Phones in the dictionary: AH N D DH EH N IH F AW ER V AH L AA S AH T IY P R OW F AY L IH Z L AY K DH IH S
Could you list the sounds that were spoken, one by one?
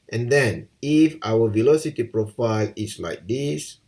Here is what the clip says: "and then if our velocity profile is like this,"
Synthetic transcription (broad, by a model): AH N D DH EH N IH F AW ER V AH L AA S AH T IY P R OW F AY L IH S L AY K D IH S